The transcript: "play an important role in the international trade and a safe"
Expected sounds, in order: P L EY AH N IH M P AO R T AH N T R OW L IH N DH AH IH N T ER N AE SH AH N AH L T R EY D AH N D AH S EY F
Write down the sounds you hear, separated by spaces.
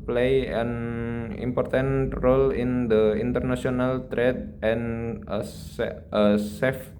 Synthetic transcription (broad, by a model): P L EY AH N IH M P AO R T AH N T R OW L IH N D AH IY N T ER N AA S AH N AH L T R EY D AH N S AH S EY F